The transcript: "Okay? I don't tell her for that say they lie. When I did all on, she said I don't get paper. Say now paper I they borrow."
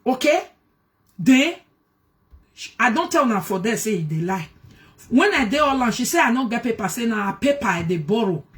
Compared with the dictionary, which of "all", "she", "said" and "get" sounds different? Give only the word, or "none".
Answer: said